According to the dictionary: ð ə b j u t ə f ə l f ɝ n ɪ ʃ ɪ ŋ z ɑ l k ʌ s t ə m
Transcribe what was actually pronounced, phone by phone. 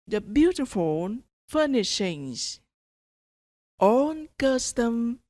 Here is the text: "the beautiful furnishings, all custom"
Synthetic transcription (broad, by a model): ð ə b j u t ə f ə n f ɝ n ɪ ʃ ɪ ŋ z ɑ n k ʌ s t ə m